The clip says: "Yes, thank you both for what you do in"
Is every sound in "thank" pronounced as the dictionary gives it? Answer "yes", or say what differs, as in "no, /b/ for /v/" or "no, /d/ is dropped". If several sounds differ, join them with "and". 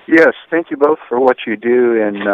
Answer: yes